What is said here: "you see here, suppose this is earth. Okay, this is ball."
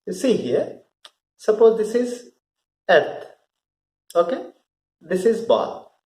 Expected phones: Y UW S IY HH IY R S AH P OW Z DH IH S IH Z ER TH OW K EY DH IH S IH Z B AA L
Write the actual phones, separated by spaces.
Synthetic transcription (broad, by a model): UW S IY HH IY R S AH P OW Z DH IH S IH Z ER T OW K EY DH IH S IH Z B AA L